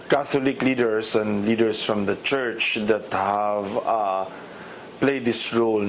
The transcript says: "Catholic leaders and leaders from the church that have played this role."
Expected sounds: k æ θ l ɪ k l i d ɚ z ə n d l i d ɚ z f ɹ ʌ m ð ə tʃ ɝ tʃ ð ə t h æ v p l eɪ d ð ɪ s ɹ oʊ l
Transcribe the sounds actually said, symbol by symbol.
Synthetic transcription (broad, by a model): k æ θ l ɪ k l i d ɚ s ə n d l i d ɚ s f ɹ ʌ m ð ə tʃ ɝ tʃ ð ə t h æ v p l eɪ d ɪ s ɹ oʊ l